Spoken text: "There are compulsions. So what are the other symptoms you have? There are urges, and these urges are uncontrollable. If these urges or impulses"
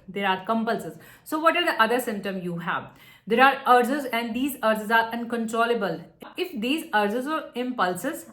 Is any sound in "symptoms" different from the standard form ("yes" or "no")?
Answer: yes